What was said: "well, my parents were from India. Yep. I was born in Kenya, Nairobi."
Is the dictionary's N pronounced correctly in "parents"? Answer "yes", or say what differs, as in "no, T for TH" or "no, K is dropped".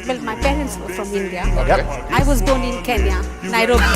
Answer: yes